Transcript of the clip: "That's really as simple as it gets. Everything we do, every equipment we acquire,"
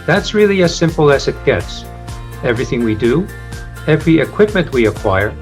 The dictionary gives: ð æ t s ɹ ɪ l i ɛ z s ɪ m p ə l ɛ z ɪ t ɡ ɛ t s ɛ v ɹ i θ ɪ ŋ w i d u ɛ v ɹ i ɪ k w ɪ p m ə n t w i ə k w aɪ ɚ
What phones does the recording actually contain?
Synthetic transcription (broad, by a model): ð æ t s ɹ ɪ l i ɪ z s ɪ m p l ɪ z ɪ t ɡ ɛ t s ɛ v ɹ i θ ɪ ŋ w i d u ɛ v ɹ i ɪ k w ɪ p m ə n t w i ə k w aɪ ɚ